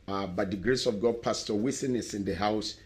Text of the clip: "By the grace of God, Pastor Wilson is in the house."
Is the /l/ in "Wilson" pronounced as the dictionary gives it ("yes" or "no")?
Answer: no